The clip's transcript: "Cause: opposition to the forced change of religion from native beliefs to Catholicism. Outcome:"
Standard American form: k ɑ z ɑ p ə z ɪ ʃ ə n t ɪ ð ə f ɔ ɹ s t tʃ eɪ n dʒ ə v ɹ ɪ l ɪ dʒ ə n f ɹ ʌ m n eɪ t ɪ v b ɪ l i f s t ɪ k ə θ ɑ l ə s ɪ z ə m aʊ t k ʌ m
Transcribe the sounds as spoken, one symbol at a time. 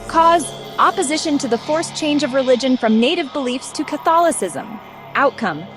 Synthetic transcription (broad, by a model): k ɑ z ɑ p ə z ɪ ʃ ə n t ɪ ð ə f ɔ ɹ s tʃ eɪ n dʒ ə v ɹ ɪ l ɪ dʒ ə n f ɹ ʌ m n eɪ t ɪ v b ɪ l i f s t ɪ k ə θ ɑ l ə s ɪ z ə m aʊ t k ʌ m